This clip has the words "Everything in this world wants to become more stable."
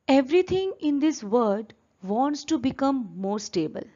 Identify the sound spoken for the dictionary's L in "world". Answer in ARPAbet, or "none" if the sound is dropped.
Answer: none